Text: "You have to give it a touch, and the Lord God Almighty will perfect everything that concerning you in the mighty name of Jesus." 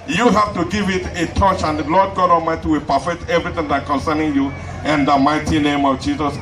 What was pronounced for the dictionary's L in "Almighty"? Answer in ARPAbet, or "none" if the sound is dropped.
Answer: none